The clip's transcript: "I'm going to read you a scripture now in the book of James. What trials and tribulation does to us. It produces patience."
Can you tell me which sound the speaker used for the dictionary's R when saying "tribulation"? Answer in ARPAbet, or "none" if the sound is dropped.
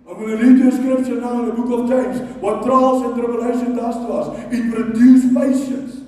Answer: none